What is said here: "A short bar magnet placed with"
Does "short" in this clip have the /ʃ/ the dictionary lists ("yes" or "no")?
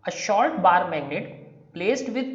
yes